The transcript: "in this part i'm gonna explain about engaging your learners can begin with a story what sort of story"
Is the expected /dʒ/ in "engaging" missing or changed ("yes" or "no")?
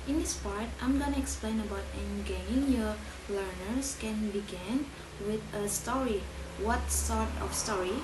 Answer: yes